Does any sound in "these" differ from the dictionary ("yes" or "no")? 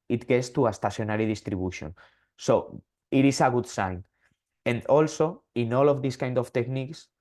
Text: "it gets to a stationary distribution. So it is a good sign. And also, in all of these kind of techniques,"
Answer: yes